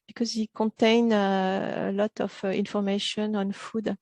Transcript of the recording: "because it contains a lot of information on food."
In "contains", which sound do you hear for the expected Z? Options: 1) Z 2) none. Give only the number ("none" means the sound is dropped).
2